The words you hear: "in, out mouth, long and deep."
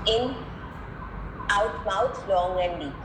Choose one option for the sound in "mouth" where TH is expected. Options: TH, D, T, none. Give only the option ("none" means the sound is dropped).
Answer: T